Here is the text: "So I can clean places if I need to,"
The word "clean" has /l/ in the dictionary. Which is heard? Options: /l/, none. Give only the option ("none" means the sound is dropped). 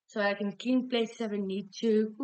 none